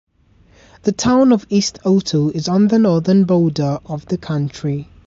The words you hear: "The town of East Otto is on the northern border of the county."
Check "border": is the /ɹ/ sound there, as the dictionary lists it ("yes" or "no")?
no